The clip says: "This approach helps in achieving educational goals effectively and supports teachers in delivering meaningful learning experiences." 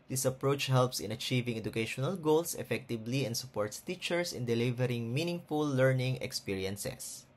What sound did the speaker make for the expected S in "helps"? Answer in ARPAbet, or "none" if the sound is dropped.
S